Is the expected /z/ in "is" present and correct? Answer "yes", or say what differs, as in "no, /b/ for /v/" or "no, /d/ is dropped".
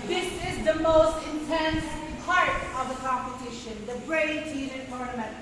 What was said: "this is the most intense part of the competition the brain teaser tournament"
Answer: yes